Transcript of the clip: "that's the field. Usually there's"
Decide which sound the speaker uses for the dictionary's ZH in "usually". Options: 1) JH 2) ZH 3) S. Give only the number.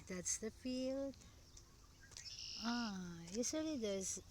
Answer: 3